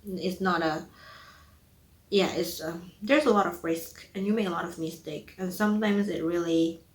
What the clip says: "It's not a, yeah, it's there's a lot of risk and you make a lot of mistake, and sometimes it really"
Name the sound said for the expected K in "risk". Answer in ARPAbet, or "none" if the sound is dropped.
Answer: K